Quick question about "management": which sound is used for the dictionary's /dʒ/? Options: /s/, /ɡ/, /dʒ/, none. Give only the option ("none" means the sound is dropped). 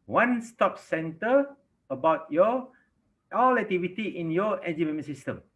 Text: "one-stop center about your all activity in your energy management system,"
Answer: none